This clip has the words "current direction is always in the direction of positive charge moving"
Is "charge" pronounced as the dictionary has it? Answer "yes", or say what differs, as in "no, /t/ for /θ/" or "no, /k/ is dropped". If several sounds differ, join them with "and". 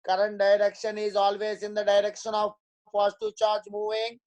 yes